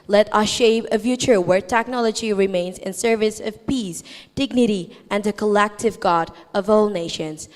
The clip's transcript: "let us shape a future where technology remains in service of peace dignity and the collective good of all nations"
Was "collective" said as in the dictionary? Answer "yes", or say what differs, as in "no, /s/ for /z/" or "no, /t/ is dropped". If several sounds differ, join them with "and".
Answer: yes